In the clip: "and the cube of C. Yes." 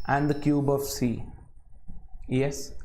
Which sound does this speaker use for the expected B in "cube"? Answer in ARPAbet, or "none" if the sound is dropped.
B